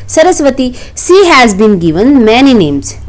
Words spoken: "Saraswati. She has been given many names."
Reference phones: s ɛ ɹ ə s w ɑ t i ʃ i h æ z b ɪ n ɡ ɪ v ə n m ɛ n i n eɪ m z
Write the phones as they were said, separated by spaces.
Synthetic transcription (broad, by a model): s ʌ ɹ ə s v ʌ t i s i h æ z b ɪ n ɡ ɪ v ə n m ɛ n i n eɪ m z